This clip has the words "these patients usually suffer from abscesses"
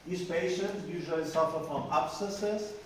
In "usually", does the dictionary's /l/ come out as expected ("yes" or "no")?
yes